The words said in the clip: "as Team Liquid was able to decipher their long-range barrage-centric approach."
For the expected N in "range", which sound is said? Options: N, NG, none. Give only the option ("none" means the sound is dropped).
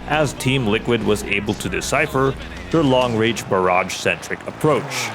none